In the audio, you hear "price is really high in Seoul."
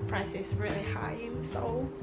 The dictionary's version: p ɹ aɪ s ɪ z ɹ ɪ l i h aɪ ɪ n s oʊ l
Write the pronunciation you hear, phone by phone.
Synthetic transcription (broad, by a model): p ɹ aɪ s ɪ s ɹ ɪ l i h aɪ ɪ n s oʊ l